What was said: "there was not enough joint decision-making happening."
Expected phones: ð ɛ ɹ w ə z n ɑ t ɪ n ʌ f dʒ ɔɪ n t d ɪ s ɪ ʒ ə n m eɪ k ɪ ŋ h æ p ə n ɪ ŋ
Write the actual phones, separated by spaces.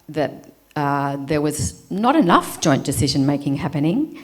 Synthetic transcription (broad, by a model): ð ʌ ɹ w ə z n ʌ t ɪ n ʌ f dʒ ɔɪ n d ɪ s ɪ ʒ ə n m eɪ k ɪ ŋ h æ p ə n ɪ ŋ